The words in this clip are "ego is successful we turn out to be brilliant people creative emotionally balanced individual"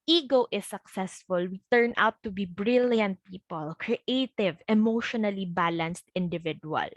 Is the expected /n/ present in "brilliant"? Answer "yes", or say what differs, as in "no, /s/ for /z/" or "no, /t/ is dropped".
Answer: yes